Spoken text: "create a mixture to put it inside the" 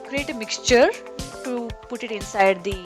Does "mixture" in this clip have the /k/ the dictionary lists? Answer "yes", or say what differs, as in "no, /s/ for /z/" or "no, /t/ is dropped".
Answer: yes